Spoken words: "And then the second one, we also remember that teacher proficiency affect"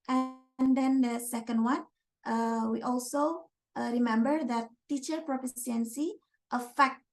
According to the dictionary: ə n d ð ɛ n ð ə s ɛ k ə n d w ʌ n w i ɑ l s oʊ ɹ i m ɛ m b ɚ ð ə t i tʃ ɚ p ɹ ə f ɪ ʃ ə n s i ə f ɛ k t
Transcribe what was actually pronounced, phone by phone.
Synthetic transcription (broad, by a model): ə n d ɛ n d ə s ɛ k ə n d w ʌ n w i ɑ l s oʊ ɹ i m ɛ m b ɚ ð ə t i tʃ ɚ p ɹ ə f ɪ s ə n s i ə f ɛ k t